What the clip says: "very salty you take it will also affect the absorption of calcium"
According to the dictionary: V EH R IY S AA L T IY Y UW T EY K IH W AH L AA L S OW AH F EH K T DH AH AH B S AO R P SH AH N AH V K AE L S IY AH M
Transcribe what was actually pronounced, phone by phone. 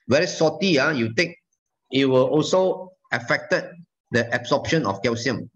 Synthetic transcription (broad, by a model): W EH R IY S AA T IY Y UW T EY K IH W AH L AA L S OW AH F EH K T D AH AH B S AO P SH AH N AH F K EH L S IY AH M